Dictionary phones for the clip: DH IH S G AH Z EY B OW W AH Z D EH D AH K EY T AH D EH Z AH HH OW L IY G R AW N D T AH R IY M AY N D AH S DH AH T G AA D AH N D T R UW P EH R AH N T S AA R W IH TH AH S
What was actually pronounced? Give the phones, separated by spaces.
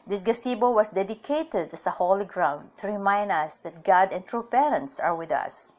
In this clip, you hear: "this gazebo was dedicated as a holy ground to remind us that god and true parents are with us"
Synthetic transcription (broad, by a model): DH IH S G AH S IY B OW W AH S D EH D AH K EY T AH D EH S AH HH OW L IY G R AW N D T AH R IY M AY N D AH S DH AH T G AA D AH N T R UW P EH R AH N T S AA R W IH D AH S